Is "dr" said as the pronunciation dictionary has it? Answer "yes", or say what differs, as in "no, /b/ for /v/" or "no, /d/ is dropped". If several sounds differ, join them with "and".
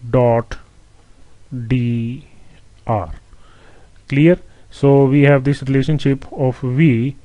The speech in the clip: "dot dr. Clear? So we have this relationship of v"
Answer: no, /k/ is dropped